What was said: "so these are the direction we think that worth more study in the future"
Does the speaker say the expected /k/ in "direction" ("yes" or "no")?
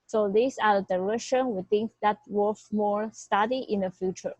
no